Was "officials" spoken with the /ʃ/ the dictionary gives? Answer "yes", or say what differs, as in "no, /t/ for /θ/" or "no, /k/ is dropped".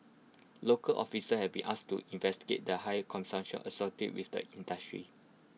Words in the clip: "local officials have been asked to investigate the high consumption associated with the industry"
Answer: no, /s/ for /ʃ/